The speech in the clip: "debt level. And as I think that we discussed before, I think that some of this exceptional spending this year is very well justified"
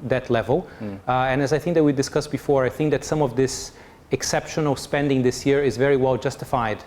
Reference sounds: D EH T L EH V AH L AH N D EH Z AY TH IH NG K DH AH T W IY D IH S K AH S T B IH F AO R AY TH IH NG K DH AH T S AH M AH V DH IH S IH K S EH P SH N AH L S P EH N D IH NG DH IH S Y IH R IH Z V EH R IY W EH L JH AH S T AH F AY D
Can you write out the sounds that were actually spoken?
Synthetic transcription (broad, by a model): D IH T L EH V AH L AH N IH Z AY TH IH NG K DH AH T W IY D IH S K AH S B IH F AO R AY TH IH NG K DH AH T S AH M AH V DH IH S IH K S EH P SH AH N S P EH N D IH NG DH IH S Y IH R IH Z V EH R IY W EH L JH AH S T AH F AY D